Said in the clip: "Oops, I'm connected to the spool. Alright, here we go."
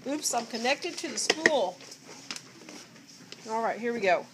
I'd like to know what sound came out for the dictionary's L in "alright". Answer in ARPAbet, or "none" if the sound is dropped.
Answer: L